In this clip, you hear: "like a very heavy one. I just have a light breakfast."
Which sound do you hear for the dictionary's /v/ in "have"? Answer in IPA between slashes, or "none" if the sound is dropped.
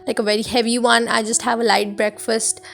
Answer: /v/